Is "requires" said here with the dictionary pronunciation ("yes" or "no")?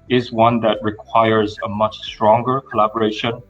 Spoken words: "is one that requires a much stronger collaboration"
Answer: yes